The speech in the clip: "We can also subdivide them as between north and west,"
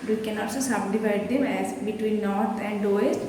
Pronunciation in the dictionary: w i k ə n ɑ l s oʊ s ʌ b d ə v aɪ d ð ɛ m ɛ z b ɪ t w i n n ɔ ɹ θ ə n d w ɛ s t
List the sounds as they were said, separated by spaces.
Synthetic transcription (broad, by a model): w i k ə n ɑ l s oʊ s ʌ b d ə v aɪ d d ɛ m ɛ z b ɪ t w i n n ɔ ɹ t ə n d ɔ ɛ s t